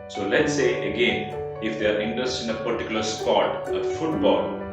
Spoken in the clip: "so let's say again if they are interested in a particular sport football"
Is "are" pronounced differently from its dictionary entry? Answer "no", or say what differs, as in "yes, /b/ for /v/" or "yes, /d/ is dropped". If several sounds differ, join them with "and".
no